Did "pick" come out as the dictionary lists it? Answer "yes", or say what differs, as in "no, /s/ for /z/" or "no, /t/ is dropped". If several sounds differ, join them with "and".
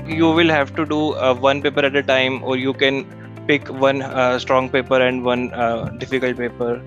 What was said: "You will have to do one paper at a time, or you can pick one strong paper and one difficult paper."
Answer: yes